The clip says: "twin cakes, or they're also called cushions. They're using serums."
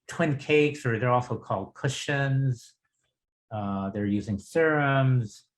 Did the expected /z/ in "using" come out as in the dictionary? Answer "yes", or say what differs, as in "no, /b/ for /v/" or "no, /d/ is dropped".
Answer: yes